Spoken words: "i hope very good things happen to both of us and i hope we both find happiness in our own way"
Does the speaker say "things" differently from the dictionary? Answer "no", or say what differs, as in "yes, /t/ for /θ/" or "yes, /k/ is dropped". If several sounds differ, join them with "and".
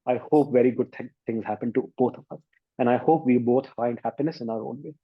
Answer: yes, /t/ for /θ/